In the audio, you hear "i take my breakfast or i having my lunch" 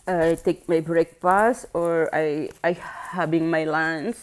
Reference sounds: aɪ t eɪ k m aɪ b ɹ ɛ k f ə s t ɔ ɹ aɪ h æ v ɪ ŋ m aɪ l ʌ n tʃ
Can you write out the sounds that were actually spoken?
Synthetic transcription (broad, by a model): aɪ t eɪ k m aɪ b ɹ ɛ k p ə s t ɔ ɹ aɪ h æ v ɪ ŋ m aɪ l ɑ n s